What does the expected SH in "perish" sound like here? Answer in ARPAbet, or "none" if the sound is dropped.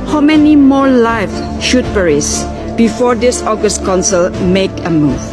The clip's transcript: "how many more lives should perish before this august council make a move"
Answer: S